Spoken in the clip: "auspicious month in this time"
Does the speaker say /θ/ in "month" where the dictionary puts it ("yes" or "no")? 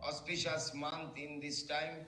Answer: no